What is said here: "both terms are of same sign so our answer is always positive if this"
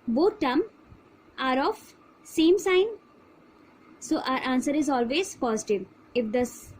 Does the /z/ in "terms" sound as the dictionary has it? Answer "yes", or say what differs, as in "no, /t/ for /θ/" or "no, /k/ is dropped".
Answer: no, /z/ is dropped